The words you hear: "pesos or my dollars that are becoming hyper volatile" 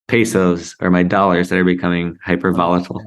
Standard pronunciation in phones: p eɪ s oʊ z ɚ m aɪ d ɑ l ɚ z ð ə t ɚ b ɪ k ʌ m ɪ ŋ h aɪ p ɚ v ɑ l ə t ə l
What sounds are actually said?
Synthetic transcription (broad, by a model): p eɪ s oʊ z ɚ m aɪ d ɑ l ɚ z ð ə t ɚ b ɪ k ʌ m ɪ ŋ h aɪ p ɚ v ɑ l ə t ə l